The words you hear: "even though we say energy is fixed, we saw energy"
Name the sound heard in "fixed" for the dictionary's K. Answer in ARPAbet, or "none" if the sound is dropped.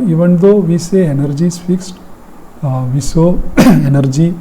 K